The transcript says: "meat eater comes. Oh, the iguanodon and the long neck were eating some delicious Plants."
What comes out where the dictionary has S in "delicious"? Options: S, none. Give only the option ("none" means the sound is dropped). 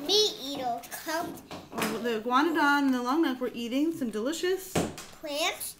S